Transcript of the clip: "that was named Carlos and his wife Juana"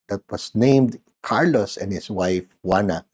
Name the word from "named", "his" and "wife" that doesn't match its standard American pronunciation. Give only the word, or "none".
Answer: his